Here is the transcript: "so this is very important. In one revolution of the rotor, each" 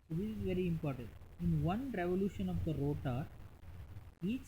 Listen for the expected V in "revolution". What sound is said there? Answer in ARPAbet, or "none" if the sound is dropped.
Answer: V